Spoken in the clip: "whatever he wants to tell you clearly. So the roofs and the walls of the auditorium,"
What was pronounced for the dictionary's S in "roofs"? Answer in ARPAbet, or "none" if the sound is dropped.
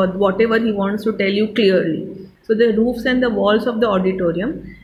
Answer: S